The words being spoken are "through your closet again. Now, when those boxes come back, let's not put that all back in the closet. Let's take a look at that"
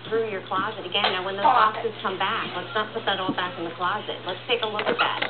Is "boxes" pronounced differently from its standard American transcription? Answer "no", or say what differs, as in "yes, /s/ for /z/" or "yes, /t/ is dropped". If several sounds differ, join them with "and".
yes, /k/ is dropped